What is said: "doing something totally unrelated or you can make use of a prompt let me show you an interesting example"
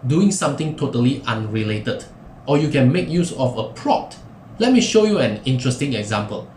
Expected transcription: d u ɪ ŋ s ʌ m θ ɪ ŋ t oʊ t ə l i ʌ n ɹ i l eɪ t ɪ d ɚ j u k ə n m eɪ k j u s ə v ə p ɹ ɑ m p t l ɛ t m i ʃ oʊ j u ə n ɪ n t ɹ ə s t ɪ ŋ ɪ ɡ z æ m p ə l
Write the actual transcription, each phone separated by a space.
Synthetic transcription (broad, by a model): d u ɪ ŋ s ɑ m t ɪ ŋ t oʊ t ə l i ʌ n ɹ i l eɪ t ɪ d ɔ j u k ə n m eɪ k j u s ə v ə p ɹ ɑ p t l ɛ t m i ʃ oʊ j u ə n ɪ n t ɹ ə s t ɪ ŋ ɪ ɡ z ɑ m p ə l